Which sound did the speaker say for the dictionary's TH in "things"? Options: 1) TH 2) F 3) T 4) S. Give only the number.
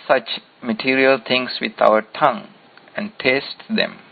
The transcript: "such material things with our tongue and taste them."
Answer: 3